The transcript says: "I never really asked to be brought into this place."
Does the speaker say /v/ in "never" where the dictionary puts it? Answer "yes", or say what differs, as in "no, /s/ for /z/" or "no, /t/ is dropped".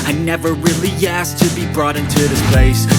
yes